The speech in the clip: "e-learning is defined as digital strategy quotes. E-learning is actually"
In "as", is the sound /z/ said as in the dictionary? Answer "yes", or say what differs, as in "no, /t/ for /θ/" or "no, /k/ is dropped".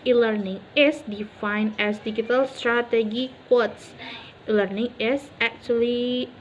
no, /s/ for /z/